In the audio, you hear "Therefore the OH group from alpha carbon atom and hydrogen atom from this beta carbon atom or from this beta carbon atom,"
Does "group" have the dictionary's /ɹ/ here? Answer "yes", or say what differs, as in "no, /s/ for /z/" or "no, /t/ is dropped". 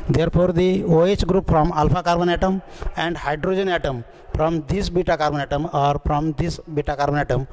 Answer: yes